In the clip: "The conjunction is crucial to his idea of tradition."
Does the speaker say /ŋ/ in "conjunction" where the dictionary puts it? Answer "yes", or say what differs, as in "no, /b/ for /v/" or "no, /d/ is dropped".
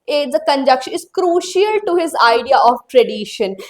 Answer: no, /ŋ/ is dropped